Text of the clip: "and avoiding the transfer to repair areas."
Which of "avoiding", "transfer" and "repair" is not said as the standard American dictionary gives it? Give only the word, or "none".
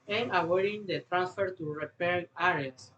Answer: avoiding